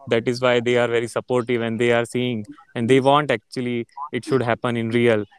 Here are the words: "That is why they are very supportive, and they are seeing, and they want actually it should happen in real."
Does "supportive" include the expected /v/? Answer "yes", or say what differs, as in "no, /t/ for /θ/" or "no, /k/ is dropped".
yes